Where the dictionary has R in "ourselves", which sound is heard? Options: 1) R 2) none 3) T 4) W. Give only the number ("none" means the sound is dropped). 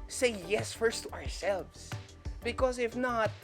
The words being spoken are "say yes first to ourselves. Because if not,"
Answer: 1